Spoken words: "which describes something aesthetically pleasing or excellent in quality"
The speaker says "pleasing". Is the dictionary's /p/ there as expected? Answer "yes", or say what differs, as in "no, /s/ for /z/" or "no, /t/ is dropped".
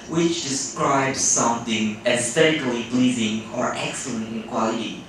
no, /b/ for /p/